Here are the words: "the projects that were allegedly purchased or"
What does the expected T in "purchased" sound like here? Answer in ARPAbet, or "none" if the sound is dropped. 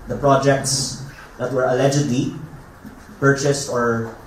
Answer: T